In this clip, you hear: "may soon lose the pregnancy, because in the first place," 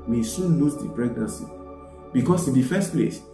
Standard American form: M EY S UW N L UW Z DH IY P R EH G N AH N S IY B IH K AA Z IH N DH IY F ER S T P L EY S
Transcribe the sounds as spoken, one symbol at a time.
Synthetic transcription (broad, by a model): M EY S UW N L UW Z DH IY P R EH G N AH N S IY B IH K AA S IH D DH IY F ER S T P L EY S